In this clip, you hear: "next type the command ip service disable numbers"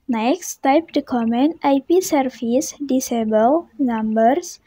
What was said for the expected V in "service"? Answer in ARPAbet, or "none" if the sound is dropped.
F